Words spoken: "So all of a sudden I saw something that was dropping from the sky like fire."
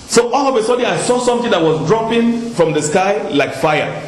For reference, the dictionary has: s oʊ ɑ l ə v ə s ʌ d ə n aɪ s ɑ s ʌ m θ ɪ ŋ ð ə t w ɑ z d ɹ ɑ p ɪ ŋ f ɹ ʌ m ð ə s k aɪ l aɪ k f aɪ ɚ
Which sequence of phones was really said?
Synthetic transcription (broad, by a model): s oʊ ɑ l ə v ə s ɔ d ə aɪ s ɑ s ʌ m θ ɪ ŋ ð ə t w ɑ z d ɹ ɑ p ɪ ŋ f ɹ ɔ m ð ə s k aɪ l aɪ k f aɪ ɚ